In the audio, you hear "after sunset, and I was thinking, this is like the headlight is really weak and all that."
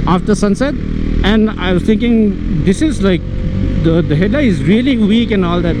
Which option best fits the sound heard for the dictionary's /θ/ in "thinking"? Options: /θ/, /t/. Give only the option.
/t/